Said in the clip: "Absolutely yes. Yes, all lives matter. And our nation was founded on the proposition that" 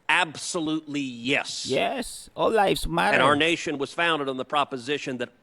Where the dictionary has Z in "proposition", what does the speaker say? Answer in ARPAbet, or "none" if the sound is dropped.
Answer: Z